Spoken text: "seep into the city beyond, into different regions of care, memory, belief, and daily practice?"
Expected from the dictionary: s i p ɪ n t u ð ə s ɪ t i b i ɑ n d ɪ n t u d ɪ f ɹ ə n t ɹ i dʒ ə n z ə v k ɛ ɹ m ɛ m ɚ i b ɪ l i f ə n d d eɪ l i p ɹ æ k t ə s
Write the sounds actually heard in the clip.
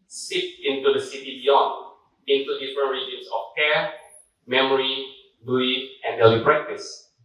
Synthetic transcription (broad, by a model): s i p ɪ n t u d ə s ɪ t i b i ɑ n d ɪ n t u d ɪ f ɹ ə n ɹ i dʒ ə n s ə f k ɛ m ɛ m ɚ i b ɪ i ə n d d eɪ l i p ɹ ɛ k t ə s